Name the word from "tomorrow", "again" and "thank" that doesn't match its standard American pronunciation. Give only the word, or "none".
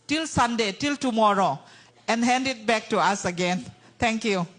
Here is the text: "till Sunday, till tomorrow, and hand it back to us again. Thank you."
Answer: thank